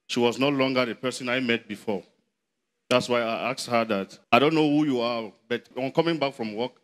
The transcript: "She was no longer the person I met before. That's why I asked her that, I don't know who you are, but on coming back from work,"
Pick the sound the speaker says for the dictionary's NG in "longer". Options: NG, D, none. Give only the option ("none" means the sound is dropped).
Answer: NG